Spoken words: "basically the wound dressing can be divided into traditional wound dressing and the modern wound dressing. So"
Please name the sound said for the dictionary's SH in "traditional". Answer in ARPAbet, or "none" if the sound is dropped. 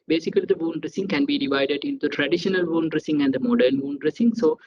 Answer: SH